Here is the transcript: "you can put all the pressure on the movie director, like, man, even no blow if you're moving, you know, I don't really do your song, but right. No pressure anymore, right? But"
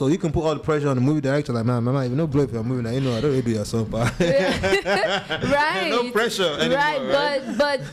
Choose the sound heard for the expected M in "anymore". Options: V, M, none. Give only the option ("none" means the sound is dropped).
none